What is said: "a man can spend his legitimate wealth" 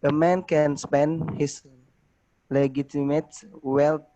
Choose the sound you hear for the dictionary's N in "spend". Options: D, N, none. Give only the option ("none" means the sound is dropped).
N